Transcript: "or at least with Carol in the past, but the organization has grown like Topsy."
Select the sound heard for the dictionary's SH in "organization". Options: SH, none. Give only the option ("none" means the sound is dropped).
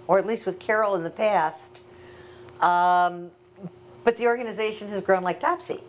SH